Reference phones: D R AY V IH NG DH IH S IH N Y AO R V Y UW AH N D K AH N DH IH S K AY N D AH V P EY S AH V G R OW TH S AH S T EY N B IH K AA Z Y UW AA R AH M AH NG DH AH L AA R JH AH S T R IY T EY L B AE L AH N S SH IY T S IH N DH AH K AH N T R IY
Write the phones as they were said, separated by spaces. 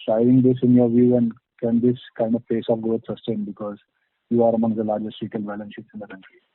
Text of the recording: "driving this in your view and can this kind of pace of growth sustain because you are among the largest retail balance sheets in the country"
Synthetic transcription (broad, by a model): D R AY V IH NG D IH S IH N Y AO R V Y UW AH N D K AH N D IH S K AY N D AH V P EY S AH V G OW T S AH S T EY N B IH K AA Z Y UW AA R AH M AH NG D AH L AA R JH AH S T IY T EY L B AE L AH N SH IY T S IH N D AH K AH N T R IY